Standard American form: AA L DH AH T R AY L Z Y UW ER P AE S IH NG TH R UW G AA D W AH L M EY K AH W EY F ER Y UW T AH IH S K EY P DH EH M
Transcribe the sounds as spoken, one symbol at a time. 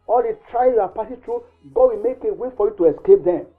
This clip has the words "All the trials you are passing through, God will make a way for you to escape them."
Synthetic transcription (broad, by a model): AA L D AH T R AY Z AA P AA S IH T R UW G AA D W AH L M EY K AH W EY F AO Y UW T AH IH S K EY P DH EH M